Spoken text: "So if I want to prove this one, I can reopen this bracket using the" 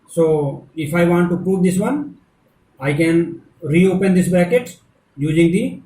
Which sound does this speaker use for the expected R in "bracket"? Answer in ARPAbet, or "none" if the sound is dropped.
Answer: none